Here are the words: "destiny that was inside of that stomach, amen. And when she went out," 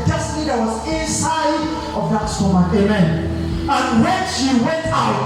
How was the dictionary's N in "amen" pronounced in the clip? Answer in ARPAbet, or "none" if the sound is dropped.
N